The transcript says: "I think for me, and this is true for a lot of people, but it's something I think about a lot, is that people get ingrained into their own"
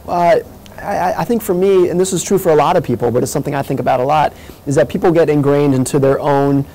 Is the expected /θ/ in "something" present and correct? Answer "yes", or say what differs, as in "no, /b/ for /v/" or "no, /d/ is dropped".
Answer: yes